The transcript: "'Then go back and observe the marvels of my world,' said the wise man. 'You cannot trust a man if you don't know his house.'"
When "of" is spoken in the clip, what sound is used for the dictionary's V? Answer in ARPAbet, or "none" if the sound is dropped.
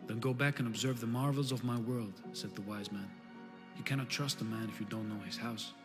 V